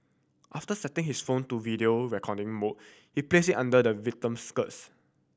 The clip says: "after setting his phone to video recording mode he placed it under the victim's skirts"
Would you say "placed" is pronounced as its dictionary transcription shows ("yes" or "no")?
no